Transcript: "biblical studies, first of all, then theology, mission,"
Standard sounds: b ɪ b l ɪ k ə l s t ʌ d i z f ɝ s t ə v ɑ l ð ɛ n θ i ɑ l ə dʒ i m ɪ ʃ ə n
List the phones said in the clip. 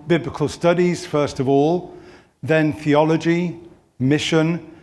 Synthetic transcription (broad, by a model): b ɪ b l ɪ k ə l s t ʌ d i z f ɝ s t ə v ɑ l ð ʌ n θ i ɑ l ə dʒ i m ɪ ʃ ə n